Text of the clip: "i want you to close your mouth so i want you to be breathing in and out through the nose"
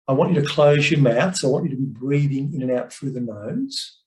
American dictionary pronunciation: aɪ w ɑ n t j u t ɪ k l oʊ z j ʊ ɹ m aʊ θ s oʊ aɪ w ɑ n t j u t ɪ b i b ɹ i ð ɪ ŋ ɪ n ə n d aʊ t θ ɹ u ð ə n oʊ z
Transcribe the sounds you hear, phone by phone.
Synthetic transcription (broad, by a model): aɪ w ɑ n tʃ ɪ t ɪ k l oʊ z j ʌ ɹ m aʊ θ s aɪ w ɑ n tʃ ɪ t ɪ b i b ɹ i ð ɪ ŋ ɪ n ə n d aʊ t f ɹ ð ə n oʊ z